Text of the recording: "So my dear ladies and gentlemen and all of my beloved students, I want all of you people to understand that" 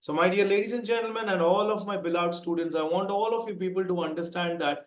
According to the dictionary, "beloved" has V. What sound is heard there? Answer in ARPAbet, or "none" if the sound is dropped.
none